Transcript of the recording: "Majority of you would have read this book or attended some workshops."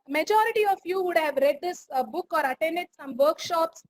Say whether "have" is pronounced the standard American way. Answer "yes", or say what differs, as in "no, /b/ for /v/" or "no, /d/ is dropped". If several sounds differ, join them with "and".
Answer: yes